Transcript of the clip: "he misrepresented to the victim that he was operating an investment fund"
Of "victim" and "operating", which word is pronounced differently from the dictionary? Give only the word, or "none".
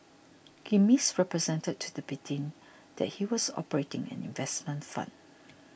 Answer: victim